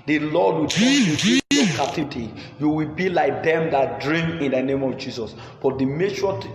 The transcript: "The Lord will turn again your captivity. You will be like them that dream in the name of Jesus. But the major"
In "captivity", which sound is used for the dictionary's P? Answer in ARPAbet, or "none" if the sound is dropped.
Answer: none